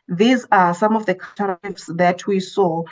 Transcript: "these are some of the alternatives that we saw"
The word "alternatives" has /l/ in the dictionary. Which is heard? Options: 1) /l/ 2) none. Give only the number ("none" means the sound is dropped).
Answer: 2